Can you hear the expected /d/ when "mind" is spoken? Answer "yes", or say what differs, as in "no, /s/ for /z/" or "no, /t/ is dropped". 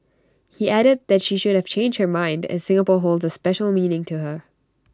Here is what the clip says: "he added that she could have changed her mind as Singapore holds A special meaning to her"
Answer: yes